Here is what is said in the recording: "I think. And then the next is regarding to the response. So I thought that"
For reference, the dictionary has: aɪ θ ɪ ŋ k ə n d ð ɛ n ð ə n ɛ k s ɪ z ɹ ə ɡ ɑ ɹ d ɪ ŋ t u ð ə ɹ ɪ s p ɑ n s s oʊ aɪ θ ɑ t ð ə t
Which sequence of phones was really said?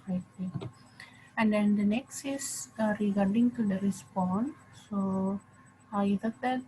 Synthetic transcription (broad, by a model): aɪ t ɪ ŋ ə n d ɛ n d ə n ɛ k s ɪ s ɹ ə ɡ ɑ ɹ d ɪ ŋ t u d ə ɹ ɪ s p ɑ n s s oʊ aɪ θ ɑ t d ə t